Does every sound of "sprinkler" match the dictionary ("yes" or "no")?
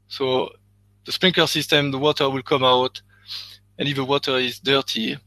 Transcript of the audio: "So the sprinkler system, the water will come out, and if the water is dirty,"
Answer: no